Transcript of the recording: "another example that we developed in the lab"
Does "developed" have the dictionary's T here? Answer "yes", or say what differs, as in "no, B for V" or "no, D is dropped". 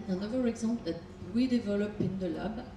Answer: no, T is dropped